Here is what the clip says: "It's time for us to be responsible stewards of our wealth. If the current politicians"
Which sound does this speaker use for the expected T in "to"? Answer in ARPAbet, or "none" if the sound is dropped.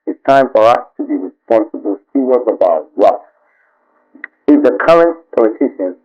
T